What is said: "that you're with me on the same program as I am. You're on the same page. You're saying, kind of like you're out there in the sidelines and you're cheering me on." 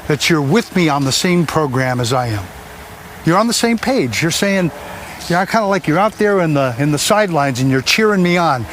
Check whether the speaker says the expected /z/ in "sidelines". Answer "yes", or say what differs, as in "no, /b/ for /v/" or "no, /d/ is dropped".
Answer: yes